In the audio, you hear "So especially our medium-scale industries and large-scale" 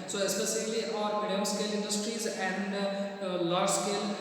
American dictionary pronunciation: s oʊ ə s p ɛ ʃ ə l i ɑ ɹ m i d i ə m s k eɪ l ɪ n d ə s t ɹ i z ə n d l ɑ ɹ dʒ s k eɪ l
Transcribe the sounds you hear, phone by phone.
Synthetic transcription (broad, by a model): s oʊ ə s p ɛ s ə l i ɑ ɹ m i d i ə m s k eɪ l ɪ n d ə s t ɹ i z ə n d l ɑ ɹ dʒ s k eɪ l